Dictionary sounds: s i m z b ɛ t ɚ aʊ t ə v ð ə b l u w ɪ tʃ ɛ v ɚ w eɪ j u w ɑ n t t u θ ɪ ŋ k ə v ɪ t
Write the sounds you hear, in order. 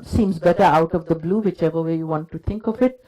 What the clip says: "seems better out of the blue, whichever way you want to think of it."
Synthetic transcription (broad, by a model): s i m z b ɛ t ɚ aʊ t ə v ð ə b l u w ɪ tʃ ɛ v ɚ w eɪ j u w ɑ n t t u t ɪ ŋ k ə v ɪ t